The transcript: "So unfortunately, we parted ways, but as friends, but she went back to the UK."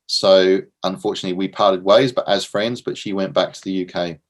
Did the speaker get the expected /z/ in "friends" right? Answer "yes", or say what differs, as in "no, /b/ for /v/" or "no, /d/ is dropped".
yes